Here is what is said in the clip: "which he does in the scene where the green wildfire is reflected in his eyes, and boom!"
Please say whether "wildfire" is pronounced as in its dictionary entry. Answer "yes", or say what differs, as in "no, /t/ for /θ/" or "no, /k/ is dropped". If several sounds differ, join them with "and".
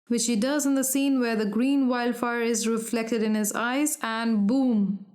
yes